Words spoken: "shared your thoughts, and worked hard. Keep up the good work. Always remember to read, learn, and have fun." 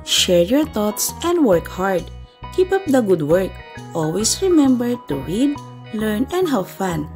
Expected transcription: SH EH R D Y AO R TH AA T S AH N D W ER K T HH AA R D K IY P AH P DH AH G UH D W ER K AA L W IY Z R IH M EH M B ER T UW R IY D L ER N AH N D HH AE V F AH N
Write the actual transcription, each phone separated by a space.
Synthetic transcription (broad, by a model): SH EH R Y AO R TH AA T S AH N D W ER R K HH AA R D K IY P AH P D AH G UH D W ER K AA L W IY S R IH M EH M B ER T UW R IY D L ER N AH N D HH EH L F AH N